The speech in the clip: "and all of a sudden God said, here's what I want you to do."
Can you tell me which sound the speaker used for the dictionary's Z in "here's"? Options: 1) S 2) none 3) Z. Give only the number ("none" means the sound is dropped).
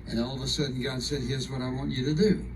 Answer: 3